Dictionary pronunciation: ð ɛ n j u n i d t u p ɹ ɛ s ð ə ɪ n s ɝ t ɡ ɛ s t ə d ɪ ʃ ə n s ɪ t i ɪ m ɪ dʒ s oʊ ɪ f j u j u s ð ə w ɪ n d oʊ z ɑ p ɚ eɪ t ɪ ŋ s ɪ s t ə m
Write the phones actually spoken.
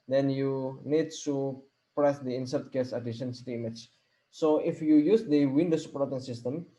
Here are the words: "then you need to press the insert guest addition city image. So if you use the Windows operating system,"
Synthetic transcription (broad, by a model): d ɛ n j u n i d t u p ɹ ɛ s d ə ɪ n s ɝ t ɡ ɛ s ə d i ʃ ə n s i t i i m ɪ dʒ s oʊ ɪ f j u j u s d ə w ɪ n d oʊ s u p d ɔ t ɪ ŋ s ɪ s t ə m